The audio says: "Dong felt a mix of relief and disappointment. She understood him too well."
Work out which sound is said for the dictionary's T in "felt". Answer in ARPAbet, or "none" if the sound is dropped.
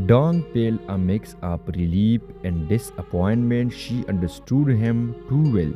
none